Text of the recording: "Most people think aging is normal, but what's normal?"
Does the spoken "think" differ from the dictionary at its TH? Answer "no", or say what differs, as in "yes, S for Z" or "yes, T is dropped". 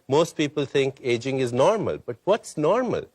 yes, T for TH